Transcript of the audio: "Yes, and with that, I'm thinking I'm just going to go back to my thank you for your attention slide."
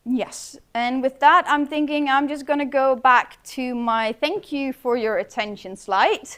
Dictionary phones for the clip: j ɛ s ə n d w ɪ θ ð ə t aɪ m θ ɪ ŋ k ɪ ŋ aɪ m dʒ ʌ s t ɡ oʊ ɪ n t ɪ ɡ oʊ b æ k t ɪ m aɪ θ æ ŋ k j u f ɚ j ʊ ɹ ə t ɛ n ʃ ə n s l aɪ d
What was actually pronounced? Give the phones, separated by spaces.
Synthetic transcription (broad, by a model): j ɛ s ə n w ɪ ð ə t aɪ m θ ɪ ŋ k ɪ ŋ aɪ m dʒ ʌ s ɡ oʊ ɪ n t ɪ ɡ oʊ b æ k t ɪ m aɪ θ æ ŋ k j u f ɚ j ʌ ɹ ə t ɛ n ʃ ə n s l aɪ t